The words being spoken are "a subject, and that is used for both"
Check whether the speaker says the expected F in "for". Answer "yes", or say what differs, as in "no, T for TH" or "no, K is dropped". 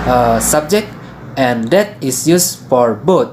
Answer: yes